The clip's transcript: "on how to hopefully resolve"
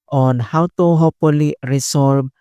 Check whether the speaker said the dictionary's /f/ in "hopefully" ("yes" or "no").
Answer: no